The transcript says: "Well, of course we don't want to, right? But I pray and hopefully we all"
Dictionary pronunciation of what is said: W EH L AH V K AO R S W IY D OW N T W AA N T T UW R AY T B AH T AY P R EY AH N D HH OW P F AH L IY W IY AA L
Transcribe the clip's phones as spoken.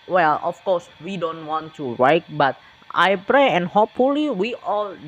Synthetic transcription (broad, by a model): W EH L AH F K AO R S W IY D OW N T W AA N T T UW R AY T B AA T AY P R EY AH N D HH OW P F AH L IY W IY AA L